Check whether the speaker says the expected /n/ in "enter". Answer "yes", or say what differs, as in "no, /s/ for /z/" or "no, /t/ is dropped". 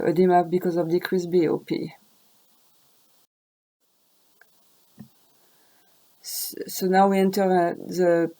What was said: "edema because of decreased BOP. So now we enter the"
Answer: yes